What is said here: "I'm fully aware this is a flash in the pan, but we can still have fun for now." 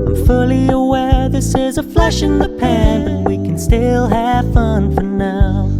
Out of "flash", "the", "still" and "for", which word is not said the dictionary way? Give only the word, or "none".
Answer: none